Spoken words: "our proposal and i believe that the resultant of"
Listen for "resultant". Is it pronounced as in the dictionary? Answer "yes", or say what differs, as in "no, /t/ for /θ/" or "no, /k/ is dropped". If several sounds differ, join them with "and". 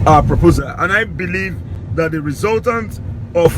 yes